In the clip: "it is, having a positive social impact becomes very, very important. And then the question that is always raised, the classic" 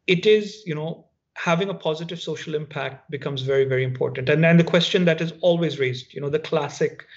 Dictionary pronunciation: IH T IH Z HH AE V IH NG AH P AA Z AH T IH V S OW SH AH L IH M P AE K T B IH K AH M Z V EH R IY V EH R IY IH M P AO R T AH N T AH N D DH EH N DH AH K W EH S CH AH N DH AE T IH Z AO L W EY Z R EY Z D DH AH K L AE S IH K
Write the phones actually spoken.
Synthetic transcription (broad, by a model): IH T IH Z HH AE V IH NG AH P AA Z AH T IH V S OW SH AH L IH M P AE K T B IH K AH M Z V EH R IY V EH R IY IH M P AO R T AH N T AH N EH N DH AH K W EH S CH AH N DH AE T IH Z AO L W EY Z R EY Z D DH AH K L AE S IH K